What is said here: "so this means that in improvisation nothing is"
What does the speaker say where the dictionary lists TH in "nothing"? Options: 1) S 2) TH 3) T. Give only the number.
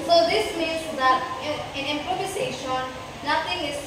3